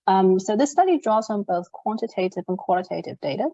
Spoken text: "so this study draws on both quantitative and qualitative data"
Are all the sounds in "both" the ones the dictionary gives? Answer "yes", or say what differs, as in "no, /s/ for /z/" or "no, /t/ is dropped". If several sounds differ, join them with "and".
yes